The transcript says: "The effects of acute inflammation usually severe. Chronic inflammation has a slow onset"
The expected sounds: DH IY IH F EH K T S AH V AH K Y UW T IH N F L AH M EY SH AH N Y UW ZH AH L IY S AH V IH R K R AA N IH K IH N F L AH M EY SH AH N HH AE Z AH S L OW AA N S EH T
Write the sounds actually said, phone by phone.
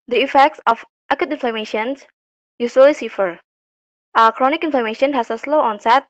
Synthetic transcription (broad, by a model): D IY IH F EH K T S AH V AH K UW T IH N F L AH M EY SH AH N Y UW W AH L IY S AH F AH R K R AA N IH K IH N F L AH M EY SH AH N HH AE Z AH S L OW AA N S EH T